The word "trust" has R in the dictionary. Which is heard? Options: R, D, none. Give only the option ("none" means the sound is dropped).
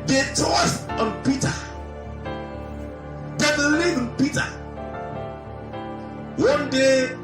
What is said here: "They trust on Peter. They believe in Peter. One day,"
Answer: none